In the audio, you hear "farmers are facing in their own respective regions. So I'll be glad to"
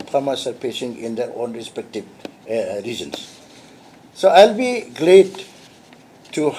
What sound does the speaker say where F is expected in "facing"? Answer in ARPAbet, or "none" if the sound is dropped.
P